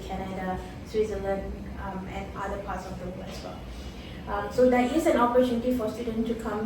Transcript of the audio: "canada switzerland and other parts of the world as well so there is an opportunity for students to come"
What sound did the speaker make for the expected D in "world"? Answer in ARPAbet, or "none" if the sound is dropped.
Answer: none